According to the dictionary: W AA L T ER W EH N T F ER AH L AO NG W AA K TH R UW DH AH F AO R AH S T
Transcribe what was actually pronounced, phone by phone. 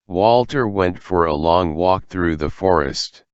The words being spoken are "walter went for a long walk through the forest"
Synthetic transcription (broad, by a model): W AA L T ER W EH N T F ER AH L AO NG W AA K TH R UW DH AH F AO R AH S T